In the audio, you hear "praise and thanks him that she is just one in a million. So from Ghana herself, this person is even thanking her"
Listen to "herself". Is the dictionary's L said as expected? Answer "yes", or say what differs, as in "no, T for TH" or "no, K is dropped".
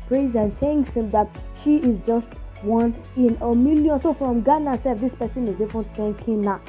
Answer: no, L is dropped